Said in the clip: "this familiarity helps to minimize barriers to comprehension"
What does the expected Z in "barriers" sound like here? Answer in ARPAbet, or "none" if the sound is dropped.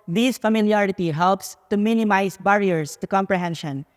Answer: S